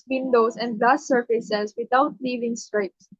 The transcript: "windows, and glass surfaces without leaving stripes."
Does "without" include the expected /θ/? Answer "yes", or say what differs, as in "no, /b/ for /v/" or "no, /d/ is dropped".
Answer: no, /t/ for /θ/